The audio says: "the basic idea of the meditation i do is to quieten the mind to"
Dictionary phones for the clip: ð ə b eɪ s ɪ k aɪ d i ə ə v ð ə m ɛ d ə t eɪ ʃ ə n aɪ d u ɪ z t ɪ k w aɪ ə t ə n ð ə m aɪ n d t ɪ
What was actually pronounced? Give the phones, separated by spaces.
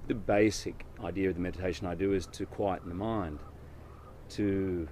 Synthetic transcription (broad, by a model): ð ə b eɪ s ɪ k aɪ d i ə ə v ð ə m ɛ d ə t eɪ ʃ ə n aɪ d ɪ ɪ z t ɪ k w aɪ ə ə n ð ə m aɪ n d t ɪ